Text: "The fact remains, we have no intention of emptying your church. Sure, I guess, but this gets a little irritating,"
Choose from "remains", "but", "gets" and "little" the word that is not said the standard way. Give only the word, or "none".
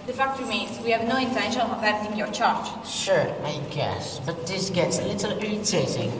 remains